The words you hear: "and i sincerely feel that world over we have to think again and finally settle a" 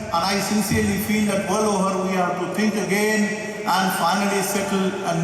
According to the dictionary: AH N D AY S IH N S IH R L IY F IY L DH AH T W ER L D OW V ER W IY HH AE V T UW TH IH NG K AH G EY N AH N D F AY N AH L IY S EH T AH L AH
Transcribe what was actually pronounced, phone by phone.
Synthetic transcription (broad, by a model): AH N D AY S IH N S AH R L IY F IY L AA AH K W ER L OW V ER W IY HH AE T UW T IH NG K AH G EY N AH N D F AY N AH L IY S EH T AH L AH